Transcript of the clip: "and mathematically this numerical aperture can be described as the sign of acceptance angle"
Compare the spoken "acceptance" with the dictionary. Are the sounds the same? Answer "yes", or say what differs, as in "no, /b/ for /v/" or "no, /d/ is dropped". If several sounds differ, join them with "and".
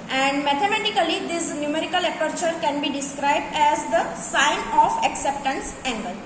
yes